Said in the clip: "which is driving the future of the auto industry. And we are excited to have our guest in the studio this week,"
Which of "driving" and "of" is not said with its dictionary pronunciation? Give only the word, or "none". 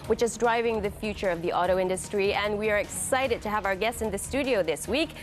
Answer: none